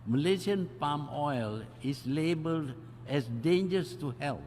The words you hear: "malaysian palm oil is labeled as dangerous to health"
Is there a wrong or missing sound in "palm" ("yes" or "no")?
no